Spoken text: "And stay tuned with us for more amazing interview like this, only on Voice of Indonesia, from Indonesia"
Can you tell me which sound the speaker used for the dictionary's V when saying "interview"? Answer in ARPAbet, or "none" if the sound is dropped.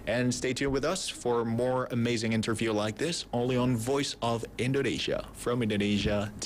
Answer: V